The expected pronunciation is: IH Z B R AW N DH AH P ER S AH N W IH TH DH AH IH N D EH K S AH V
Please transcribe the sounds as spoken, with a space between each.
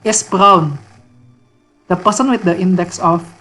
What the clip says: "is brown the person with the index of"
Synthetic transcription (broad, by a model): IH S B R AW N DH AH P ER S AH N W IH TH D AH IH N D EH K S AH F